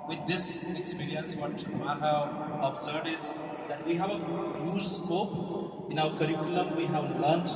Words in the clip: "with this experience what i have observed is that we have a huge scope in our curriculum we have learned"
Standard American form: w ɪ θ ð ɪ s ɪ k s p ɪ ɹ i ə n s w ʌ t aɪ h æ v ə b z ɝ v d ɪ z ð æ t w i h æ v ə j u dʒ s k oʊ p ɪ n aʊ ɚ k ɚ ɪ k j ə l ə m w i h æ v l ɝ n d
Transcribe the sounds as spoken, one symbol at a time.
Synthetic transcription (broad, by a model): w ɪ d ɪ s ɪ k s p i ɹ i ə n s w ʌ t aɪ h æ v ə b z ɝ d ɪ z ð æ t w i h æ v ə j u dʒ s k oʊ p ɪ n aʊ ɚ k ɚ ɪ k j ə l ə m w i h æ v l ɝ n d